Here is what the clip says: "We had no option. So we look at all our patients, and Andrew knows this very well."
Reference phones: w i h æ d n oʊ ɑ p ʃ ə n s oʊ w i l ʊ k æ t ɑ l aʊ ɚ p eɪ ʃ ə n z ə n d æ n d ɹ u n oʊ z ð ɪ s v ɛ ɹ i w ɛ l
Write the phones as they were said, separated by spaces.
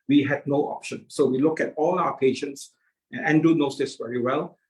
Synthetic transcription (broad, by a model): w i h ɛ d n oʊ ɑ p ʃ ə n s oʊ w i l ʊ k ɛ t ɑ l aʊ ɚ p eɪ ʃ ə n s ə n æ n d u n oʊ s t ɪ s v ɛ ɹ i w ɛ l